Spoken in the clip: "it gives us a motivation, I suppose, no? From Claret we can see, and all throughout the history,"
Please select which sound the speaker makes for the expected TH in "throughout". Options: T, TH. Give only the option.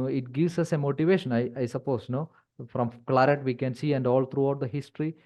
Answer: T